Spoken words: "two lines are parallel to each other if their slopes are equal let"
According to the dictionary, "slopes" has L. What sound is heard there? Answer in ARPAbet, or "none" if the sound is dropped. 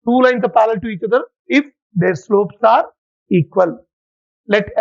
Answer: L